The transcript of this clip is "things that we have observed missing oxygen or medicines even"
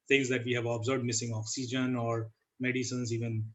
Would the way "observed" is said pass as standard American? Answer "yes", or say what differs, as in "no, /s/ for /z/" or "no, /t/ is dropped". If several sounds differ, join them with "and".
no, /v/ is dropped